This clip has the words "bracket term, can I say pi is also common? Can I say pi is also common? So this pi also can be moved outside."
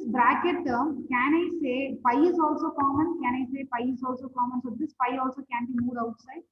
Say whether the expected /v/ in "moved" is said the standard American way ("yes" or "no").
no